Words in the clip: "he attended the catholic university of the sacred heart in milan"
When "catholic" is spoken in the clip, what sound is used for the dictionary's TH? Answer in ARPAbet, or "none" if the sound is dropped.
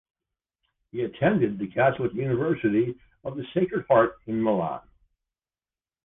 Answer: S